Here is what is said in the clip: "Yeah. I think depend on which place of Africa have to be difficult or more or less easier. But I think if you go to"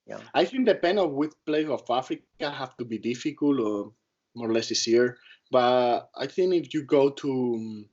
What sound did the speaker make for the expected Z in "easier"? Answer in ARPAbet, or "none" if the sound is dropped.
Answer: S